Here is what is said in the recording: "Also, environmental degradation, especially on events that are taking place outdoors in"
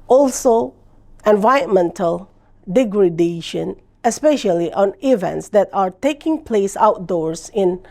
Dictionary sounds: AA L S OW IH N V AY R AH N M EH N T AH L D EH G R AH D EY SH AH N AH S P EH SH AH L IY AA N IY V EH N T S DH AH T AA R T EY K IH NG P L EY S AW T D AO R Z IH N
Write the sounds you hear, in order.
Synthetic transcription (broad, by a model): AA L S OW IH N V AY AH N M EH N T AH L D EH G R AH D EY SH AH N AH S P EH SH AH L IY AA N IY V EH N T S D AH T AA R T EY K IH NG P L EY S AW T D AO R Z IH N